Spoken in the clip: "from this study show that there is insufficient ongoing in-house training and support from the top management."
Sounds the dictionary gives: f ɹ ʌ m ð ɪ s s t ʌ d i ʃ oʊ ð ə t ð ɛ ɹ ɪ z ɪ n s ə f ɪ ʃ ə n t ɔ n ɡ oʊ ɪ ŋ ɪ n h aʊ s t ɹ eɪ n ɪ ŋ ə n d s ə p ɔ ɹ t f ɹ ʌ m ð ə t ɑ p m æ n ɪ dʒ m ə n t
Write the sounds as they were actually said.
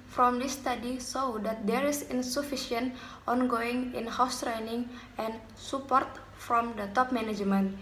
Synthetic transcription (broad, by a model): f ɹ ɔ m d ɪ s s t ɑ d i s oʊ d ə t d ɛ ɹ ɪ s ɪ n s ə f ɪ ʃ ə n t ɔ n ɡ oʊ ɪ ŋ ɪ n h aʊ s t ɹ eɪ n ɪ ŋ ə n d s ə p ɔ ɹ t f ɹ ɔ m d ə t ɑ p m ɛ n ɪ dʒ m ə n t